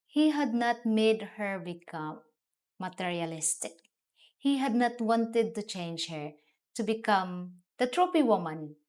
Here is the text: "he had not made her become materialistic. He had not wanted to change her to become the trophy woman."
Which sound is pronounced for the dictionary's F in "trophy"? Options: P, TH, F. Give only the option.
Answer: P